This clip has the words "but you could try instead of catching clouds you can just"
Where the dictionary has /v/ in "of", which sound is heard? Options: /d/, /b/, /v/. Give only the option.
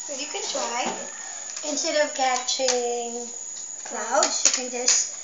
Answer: /v/